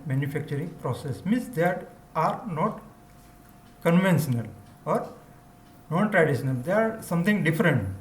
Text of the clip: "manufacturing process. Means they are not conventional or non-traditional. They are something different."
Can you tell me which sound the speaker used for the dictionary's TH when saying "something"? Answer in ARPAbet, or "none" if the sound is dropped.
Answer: T